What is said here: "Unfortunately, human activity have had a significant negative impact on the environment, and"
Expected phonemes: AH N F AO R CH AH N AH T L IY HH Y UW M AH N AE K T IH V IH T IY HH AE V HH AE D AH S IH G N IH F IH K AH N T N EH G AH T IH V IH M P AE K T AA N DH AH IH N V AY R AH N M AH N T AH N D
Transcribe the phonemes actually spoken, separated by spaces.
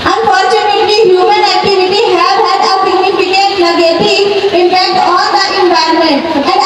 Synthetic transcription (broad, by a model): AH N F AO R CH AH N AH T L IY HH Y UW M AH N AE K T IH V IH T IY HH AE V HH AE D AH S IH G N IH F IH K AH T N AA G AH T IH IH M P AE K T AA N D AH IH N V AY AH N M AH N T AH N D